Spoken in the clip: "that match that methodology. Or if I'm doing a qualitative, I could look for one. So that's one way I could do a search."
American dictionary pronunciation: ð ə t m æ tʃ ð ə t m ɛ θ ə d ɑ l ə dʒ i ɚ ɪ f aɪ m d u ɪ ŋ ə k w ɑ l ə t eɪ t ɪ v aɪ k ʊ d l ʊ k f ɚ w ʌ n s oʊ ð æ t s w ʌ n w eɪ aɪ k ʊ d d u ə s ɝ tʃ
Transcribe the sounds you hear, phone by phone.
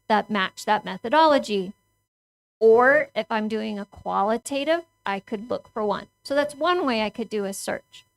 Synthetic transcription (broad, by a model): ð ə t m æ tʃ ð ə t m ɛ θ ə d ɑ l ə dʒ i ɚ ɪ f aɪ m d u ɪ ŋ ə k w ɑ l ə t eɪ t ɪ v aɪ k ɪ d l ʊ k f ɚ w ʌ n s oʊ ð æ t s w ʌ n w eɪ aɪ k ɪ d d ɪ ə s ɝ tʃ